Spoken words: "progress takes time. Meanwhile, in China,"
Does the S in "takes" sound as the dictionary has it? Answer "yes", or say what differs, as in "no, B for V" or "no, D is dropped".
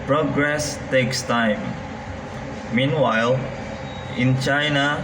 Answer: yes